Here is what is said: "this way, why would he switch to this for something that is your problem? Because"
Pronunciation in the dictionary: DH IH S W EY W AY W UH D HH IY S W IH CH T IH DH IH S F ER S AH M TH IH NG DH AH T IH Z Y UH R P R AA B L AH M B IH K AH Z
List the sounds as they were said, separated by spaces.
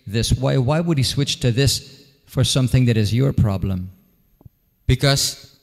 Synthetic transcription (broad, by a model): DH IH S W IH W AY W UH D HH IY S W IH CH T IH DH IH S F ER S AH M TH IH NG DH AH T IH Z Y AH R P R AA B L AH M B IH K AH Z